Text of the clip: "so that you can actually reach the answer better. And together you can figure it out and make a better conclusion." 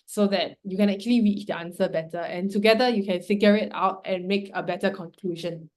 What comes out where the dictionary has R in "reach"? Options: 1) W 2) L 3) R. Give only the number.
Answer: 1